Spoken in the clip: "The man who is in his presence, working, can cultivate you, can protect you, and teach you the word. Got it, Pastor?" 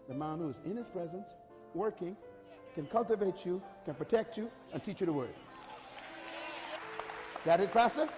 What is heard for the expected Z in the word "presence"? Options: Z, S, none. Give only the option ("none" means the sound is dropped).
Z